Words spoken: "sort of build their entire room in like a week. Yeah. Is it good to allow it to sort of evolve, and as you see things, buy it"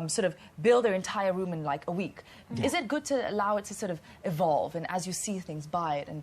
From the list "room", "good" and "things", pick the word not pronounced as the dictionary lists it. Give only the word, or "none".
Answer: none